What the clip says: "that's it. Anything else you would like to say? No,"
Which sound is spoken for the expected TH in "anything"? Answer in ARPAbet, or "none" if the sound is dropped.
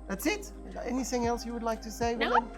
TH